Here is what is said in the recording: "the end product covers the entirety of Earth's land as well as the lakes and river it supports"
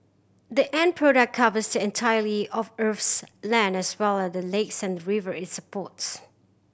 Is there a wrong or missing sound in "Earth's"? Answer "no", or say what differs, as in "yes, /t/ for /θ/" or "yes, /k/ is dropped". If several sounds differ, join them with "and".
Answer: yes, /f/ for /θ/